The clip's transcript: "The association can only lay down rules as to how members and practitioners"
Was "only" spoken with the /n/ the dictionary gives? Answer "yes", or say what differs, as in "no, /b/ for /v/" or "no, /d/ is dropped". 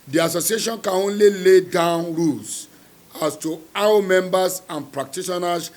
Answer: yes